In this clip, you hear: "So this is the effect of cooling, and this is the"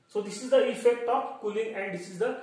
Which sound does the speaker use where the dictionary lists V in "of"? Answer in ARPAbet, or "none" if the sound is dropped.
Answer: P